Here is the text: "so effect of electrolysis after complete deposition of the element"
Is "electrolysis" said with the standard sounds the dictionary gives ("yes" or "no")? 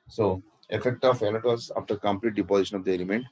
no